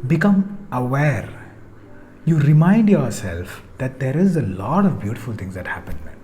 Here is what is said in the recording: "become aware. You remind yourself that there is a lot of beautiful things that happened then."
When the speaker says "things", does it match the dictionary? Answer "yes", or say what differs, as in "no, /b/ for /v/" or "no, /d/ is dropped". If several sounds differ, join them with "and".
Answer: no, /t/ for /θ/